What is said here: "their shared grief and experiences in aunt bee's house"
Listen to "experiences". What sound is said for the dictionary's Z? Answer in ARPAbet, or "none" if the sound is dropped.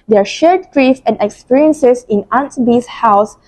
S